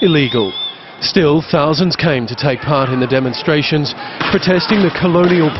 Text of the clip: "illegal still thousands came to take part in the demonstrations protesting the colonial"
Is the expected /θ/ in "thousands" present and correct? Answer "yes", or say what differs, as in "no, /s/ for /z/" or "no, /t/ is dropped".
yes